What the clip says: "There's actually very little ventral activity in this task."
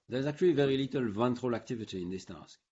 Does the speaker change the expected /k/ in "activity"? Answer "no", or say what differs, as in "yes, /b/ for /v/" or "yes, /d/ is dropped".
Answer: no